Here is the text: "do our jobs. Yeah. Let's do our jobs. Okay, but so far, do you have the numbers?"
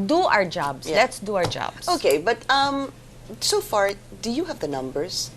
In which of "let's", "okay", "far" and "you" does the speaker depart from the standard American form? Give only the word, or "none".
none